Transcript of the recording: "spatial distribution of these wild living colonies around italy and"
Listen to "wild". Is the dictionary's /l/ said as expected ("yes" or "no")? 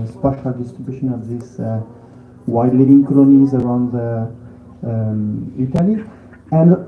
no